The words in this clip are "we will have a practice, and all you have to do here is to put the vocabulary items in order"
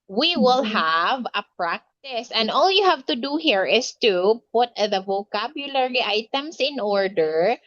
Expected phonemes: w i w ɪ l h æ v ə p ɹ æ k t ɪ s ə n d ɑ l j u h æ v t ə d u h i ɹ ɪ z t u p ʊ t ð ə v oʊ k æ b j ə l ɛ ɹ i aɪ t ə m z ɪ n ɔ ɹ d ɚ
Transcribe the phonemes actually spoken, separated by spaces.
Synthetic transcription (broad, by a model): w i w ɪ l h æ v ə p ɹ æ k t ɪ s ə n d ɑ l j u h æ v t ə d u h i ɹ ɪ s t u p ʊ t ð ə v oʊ k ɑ b j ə l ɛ ɹ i aɪ t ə m s ɪ n ɔ ɹ d ɚ